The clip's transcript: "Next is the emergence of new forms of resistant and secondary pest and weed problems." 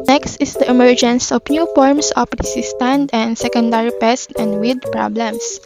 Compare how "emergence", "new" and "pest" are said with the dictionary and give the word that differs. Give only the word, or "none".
none